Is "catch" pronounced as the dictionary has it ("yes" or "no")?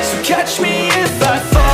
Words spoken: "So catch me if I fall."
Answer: yes